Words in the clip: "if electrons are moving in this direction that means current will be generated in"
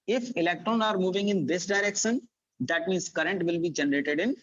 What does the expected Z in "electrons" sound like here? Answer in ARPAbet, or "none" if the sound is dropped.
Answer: none